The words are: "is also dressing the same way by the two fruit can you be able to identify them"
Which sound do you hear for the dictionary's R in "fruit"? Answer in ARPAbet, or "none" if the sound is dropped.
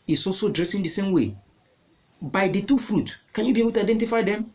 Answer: R